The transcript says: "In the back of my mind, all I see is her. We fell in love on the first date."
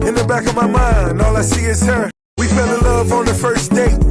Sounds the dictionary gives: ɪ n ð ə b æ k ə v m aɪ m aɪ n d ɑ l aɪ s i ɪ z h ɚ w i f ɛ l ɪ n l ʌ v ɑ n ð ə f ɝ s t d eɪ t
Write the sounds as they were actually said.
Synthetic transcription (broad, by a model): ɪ n ð ə b æ k ə v m aɪ m aɪ n d ɑ l aɪ s i ɪ z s ɚ w i f ɛ l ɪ l ʌ v n ð ə f ɝ s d eɪ